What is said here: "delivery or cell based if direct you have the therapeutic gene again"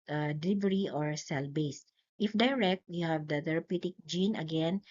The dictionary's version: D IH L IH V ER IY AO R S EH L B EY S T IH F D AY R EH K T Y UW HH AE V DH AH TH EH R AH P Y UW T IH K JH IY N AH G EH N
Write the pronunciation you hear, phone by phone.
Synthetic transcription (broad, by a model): D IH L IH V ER IY AO R S EH L B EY S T IH F D AY R EH K T Y UW HH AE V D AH T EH R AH P Y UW T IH K JH IY N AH G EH N